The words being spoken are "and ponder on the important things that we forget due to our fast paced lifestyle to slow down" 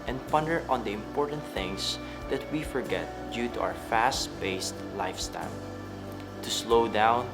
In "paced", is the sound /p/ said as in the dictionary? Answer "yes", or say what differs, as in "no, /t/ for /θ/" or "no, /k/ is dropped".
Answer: no, /b/ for /p/